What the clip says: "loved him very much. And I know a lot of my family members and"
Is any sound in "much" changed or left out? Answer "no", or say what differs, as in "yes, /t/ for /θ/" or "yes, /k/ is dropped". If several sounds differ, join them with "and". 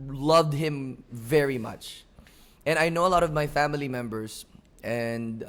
no